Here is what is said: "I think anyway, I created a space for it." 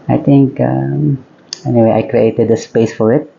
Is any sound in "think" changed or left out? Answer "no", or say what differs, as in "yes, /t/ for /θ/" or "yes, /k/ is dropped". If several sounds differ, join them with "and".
yes, /t/ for /θ/